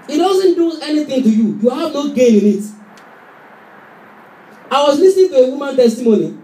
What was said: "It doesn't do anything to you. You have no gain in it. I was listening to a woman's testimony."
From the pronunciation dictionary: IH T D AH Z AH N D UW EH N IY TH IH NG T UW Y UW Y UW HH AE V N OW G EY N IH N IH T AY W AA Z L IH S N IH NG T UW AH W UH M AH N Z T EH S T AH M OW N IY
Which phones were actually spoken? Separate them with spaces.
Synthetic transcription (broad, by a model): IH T D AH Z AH N D UW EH N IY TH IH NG T UW Y UW Y UW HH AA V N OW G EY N IH N IH T AY W AA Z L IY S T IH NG T UW AH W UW M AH N T EH S T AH M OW N IY